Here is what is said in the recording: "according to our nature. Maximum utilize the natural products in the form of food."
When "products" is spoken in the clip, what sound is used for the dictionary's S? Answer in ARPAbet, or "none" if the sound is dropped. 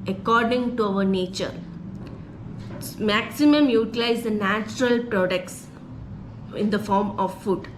S